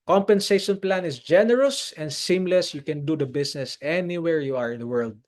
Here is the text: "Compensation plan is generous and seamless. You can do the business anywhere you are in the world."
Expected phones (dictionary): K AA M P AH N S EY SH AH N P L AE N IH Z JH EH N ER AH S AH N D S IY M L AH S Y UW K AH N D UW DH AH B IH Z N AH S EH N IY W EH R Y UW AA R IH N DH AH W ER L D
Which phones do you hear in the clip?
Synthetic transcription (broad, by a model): K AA M P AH N S EY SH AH N P L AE N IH S JH EH N ER AH S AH N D S IY M L AH S Y UW K AH N D UW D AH B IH S N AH S EH N IY W EH R Y UW AA R IH N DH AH W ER L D